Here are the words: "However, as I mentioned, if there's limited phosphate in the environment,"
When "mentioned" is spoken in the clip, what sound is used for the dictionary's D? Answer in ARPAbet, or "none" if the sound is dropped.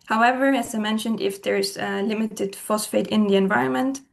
D